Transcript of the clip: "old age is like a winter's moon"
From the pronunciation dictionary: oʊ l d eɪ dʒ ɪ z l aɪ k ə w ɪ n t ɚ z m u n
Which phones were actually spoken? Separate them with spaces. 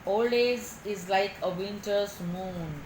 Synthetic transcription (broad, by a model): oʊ l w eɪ z ɪ z l aɪ k ə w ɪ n t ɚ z m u n